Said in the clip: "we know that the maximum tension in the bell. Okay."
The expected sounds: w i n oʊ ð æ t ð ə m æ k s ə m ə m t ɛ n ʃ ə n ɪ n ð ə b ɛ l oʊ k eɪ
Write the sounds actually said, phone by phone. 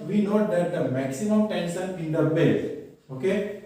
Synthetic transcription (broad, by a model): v i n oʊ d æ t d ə m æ k s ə m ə m t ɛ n s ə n ɪ n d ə b ɛ l oʊ k eɪ